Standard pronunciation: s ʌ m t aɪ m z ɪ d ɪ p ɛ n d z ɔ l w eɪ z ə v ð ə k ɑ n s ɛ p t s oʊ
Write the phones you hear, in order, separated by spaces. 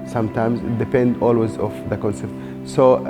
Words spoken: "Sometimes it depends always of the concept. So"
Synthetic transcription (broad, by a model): s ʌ m t aɪ m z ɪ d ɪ p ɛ n d ɔ l w eɪ z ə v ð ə k ɑ n s ɛ p t s oʊ